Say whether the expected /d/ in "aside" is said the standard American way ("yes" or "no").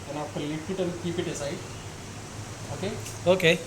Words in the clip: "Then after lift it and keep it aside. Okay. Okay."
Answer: no